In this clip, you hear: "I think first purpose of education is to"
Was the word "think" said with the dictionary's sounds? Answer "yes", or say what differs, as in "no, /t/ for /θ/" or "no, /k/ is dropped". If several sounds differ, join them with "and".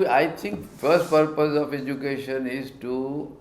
no, /t/ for /θ/